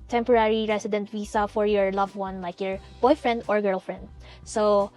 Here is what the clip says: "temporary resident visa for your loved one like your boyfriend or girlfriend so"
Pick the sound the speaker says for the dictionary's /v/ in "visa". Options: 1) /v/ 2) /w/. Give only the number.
2